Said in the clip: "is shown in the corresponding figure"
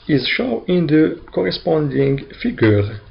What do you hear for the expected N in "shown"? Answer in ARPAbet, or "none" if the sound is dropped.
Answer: none